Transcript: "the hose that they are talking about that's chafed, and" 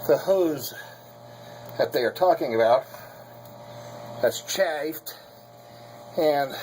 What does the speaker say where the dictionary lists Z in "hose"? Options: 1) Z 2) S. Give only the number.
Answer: 1